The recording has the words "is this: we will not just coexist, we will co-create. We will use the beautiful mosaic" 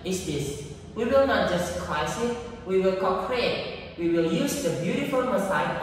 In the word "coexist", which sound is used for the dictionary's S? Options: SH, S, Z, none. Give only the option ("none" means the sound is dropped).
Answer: none